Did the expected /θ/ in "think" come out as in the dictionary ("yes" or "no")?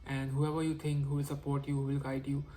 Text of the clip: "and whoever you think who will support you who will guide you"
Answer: no